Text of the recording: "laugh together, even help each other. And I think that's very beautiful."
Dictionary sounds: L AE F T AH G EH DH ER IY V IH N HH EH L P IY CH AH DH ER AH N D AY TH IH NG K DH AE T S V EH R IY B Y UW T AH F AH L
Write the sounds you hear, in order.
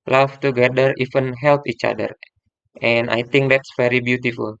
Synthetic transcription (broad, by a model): L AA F T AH G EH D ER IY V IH N HH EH L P IY CH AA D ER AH N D AY T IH NG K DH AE T S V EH R IY B Y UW T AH F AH L